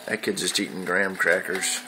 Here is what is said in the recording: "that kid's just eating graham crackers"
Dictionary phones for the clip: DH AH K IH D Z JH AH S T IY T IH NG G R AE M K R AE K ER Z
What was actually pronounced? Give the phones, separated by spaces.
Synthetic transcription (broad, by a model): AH K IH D JH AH S T IY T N G R AE M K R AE K ER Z